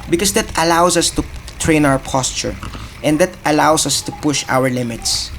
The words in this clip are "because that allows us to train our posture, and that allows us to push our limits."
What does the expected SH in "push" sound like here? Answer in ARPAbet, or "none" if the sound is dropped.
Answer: SH